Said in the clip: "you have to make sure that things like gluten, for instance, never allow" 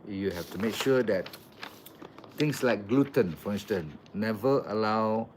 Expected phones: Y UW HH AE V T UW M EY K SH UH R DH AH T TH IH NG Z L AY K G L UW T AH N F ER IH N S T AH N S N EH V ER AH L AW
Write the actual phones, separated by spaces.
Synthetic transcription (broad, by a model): Y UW HH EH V T UW M EY K SH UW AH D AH T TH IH NG S L AY K G L UW T AH N F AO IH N S T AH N N EH V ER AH L AW